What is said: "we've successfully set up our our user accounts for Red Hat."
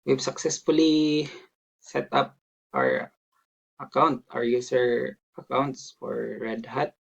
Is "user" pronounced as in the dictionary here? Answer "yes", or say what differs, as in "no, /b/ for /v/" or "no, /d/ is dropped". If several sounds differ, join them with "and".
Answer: no, /s/ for /z/